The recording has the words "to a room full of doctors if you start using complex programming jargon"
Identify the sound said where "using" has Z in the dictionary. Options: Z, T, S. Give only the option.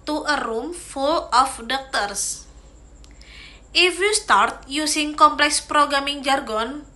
S